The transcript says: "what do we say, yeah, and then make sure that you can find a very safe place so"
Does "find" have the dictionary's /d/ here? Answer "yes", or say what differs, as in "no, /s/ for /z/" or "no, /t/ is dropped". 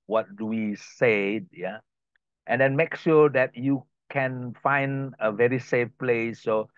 yes